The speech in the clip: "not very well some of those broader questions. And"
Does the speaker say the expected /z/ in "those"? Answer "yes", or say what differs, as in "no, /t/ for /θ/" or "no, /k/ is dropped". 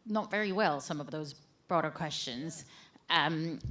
yes